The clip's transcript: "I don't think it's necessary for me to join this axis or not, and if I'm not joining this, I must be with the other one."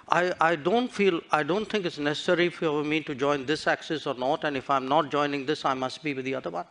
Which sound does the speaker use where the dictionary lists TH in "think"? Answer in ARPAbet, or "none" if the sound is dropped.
T